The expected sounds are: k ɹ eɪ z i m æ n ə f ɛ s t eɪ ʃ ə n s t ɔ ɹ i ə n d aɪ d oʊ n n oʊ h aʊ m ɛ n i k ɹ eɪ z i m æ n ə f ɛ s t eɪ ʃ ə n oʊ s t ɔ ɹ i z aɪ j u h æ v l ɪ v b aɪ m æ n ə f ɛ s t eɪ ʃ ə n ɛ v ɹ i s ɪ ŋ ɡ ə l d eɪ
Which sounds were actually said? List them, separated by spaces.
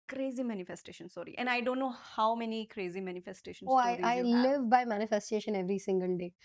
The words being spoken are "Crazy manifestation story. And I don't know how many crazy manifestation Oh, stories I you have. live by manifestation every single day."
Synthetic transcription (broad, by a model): k ɹ eɪ z i m æ n ə f ɛ s t eɪ ʃ ə n s ɔ ɹ i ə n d aɪ d oʊ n n oʊ h aʊ m ɛ n i k ɹ eɪ z i m æ n ə f ɛ s t eɪ ʃ ə n oʊ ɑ i aɪ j l ɪ v b aɪ m æ n ə f ɛ s t eɪ ʃ ə n ɛ v ɹ i s ɪ ŋ ɡ ə l d eɪ